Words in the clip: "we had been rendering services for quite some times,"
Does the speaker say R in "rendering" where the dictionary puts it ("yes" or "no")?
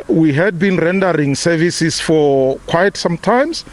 yes